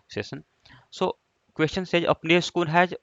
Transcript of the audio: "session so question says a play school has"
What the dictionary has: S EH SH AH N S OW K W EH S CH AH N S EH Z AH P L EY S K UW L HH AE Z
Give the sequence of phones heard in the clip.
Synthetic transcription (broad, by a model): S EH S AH N S OW K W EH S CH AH N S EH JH AH P N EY S K UW L HH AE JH